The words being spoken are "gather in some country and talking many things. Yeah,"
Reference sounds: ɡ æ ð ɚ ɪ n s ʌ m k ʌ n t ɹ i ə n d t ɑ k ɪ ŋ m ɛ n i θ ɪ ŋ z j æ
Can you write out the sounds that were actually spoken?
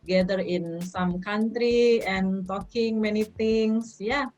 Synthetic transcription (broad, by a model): ɡ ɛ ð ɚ ɪ n s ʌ m k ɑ n t ɹ i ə n t ɑ k ɪ ŋ m ɛ n i t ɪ ŋ s j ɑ